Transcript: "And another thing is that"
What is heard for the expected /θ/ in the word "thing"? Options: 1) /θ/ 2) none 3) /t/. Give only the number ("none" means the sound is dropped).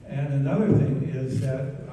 1